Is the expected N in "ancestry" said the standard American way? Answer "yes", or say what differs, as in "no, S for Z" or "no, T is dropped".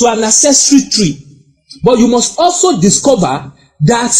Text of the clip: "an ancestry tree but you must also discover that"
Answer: no, N is dropped